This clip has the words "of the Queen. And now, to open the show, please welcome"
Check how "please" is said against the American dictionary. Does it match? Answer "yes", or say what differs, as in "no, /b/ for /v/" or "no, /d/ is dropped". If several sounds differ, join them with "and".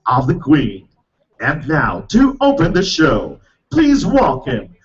yes